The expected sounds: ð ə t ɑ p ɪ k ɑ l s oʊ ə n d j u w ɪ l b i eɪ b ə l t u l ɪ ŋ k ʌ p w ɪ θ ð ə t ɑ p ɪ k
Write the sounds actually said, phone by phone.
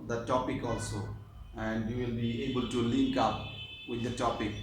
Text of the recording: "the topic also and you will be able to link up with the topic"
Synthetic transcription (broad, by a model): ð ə t ɑ p ɪ k ɑ l s oʊ ə n d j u w ɪ l b i eɪ b ə l t u l ɪ ŋ k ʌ p w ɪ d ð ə t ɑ p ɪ k